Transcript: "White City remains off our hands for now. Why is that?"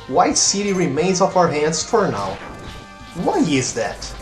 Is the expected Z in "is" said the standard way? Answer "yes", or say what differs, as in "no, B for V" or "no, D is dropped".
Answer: yes